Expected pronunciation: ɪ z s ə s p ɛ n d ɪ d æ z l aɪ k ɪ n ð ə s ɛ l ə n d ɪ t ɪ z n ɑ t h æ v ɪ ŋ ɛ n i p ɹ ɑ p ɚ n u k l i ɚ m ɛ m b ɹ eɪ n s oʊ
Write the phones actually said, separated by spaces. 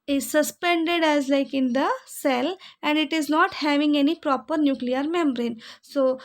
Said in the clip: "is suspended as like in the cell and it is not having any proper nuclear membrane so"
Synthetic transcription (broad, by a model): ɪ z s ə s p ɛ n d ɪ d æ z l aɪ k ɪ n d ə s ɛ l ə n d ɪ t ɪ z n ɑ t h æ v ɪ ŋ ɛ n i p ɹ ɑ p ɚ n u k l i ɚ m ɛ m b ɹ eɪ n s oʊ